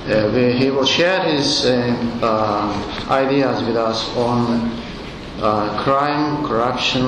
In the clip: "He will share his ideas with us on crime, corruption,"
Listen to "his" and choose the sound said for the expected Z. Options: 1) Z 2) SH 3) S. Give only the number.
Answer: 1